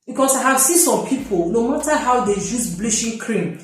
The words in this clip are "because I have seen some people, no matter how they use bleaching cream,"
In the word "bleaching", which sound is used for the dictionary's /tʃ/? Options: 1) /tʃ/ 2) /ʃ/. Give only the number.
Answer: 2